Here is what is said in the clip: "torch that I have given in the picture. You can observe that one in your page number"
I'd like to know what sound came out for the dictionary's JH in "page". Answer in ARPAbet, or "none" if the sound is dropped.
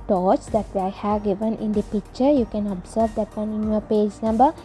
JH